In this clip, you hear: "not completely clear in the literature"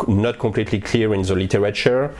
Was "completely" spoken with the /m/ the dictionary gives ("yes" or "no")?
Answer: no